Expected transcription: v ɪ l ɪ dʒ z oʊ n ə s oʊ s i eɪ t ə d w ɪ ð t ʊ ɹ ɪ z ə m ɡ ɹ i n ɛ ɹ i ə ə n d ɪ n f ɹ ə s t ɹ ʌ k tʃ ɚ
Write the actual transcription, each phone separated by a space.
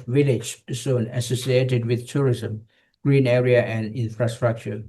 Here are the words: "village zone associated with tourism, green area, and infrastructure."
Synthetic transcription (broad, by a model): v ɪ l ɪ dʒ s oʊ n ə s oʊ s i eɪ t ə d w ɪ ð t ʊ ɹ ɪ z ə m ɡ ɹ i n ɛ ɹ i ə ə n d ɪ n f ɹ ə s t ɹ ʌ k tʃ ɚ